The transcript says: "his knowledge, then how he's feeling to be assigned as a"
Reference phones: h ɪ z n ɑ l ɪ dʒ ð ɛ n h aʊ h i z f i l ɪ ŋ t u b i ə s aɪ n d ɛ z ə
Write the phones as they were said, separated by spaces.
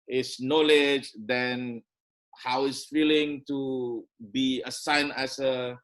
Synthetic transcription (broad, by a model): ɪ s n ɑ l ɪ dʒ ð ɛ n h aʊ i s f i l ɪ ŋ t u b i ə s aɪ n ɛ s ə